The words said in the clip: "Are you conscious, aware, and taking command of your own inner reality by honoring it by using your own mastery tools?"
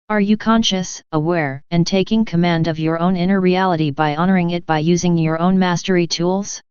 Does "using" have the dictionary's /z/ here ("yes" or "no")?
yes